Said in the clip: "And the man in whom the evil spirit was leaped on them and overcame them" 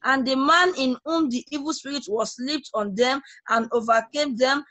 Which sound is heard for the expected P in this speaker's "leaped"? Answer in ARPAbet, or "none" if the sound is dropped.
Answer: P